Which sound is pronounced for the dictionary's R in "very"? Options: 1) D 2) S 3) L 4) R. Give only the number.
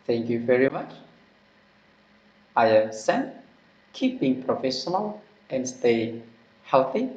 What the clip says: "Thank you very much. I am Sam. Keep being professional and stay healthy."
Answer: 4